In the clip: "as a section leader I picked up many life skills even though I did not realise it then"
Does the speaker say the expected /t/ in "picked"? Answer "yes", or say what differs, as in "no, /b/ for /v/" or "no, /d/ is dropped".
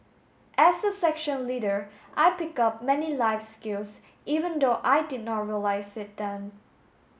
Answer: no, /t/ is dropped